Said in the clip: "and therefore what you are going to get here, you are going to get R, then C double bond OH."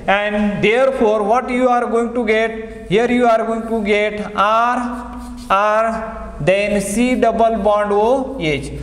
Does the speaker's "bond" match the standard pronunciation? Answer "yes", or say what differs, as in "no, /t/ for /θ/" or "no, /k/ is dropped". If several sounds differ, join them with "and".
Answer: yes